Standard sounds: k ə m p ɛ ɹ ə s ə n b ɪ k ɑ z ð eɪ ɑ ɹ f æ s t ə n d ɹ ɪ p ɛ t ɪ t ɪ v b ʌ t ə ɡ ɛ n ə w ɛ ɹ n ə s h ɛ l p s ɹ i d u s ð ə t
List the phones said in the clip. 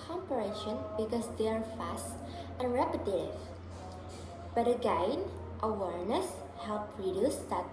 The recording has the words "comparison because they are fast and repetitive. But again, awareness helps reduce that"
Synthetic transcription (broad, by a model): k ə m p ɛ ɹ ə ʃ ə n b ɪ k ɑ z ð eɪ ɑ ɹ f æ s t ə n ɹ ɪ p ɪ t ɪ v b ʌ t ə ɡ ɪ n ə w ɛ ɹ n ə s h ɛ l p ɹ i d u s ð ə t